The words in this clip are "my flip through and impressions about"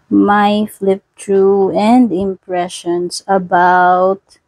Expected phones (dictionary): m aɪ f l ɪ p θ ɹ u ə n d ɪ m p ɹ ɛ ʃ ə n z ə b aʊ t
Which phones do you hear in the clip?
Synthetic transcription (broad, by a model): m aɪ f l ɪ p t ɹ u ə n d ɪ m p ɹ ɛ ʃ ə n s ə b aʊ t